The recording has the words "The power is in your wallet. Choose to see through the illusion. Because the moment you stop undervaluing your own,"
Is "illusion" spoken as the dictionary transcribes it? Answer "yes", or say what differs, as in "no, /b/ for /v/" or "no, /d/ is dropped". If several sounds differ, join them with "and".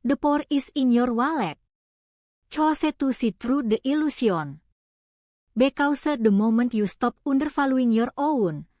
no, /s/ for /ʒ/